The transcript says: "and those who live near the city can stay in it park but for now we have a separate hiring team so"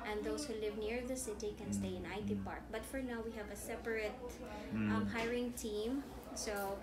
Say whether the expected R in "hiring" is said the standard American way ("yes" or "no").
yes